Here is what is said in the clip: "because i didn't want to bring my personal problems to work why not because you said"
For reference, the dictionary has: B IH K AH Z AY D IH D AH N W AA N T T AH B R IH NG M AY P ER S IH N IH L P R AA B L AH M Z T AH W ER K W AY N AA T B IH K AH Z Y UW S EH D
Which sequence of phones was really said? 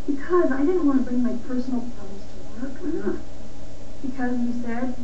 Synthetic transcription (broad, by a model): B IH K AH Z AY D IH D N W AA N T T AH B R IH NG M AY P ER S N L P AA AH Z T AH W ER K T B IH K AH Z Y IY S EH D